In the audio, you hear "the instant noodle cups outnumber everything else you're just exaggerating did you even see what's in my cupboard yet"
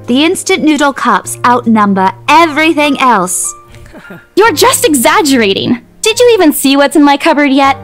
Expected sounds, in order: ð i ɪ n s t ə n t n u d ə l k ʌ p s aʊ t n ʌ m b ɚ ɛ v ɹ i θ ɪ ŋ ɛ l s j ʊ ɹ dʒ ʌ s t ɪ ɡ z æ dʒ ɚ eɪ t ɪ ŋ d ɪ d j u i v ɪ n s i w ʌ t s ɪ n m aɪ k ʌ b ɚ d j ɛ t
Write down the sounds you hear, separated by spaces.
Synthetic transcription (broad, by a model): ð i ɪ n s t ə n n u d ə l k ʌ p s aʊ t n ʌ m b ɚ ɛ v ɹ i θ ɪ ŋ ɛ l s j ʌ ɹ dʒ ʌ s t ɪ ɡ z æ dʒ ɚ eɪ t ɪ ŋ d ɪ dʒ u i v ɪ n s i w ʌ t s ɪ n m aɪ k ʌ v ɚ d j ɛ t